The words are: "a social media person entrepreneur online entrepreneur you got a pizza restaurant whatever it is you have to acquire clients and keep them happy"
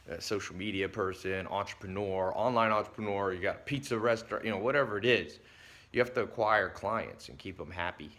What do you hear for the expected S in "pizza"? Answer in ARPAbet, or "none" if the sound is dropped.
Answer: S